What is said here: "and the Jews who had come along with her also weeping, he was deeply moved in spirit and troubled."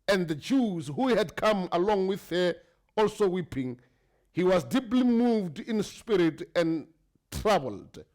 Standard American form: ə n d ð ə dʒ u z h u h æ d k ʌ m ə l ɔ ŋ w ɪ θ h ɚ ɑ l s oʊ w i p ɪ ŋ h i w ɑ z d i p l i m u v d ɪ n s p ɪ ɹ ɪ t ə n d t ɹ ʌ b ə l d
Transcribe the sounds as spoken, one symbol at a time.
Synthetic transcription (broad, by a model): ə n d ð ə dʒ u z h u h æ d k ʌ m ə l ɔ ŋ w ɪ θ h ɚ ɑ l s oʊ w i p ɪ ŋ h i w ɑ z d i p l i m u v d ɪ n s p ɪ ɹ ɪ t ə n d t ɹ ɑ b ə l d